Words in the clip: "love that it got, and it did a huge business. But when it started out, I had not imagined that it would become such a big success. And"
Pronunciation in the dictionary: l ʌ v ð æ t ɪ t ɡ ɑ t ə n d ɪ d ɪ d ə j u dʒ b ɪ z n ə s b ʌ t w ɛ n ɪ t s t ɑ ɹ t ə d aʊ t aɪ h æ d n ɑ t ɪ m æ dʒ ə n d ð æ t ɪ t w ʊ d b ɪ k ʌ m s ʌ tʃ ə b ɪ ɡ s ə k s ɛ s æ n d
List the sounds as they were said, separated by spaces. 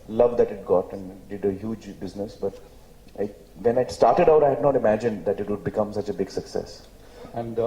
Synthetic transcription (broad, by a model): l ʌ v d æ t ɪ t ɡ ɑ t ə n d ɪ d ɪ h j u dʒ b ɪ z n ə s b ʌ t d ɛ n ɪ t s t ɑ ɹ t ə d aʊ t aɪ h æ d n ɑ t ɪ m æ dʒ ə n d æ t ɪ t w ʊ d b ɪ k ʌ m s ʌ tʃ ə b ɪ ɡ s ə k s ɛ s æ n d